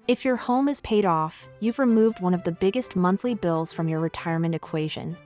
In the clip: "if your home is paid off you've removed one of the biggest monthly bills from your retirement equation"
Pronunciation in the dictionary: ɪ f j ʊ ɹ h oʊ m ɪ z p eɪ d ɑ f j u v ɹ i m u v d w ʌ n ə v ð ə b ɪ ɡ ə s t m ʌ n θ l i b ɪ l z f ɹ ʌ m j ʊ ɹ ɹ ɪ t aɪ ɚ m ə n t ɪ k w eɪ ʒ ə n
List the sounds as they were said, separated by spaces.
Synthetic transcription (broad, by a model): ɪ f j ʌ ɹ h oʊ m ɪ z p eɪ d ɑ f j u v ɹ i m u v d w ʌ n ə v ð ə b ɪ ɡ ə s t m ʌ n θ l i b ɪ l z f ɹ ʌ m j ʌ ɹ ɹ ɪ t aɪ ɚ m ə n t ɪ k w eɪ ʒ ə n